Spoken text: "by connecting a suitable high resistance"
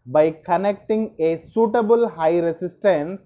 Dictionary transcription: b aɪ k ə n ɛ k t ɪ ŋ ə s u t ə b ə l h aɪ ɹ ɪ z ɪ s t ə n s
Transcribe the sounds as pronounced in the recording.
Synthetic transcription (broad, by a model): b aɪ k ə n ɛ k t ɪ ŋ ə s u t ə b ə l h aɪ ɹ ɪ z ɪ s t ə n s